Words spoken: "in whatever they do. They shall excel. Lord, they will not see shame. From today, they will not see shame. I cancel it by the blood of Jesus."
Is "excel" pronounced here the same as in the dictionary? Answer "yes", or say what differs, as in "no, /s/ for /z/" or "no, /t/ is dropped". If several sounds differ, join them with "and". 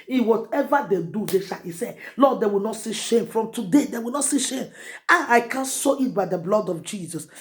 no, /k/ is dropped